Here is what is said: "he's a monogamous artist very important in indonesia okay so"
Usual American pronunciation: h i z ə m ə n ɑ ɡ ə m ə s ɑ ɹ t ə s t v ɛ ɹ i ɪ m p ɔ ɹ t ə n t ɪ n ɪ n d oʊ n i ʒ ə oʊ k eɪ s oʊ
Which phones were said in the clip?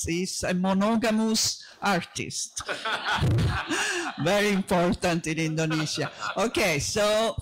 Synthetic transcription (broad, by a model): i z ə m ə n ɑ ɡ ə m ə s ɑ ɹ t ə s t v ɛ ɹ i ɪ m p ɔ ɹ t ə n t ɪ n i n d oʊ n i z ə oʊ k eɪ s oʊ